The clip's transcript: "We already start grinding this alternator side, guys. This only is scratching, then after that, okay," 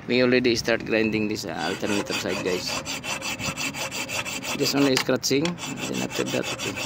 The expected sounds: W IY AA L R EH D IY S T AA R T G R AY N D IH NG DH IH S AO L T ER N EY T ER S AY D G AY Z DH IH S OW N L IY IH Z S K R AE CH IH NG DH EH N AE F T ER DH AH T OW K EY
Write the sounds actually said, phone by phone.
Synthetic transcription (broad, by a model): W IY AA L R EH D IY S T AA R T G R AY N D IH NG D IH S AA L T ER N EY T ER S AY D G AY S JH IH S OW N L IY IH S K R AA S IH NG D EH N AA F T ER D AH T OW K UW